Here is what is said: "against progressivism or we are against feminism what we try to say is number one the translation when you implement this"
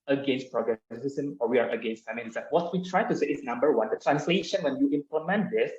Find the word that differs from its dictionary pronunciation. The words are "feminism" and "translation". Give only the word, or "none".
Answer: feminism